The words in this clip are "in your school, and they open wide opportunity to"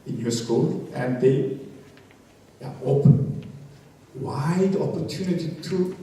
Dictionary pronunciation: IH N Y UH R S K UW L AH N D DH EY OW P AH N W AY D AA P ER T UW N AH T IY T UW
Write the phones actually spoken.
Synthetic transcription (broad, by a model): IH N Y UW S K UW L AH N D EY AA AH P W AY D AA P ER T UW N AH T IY T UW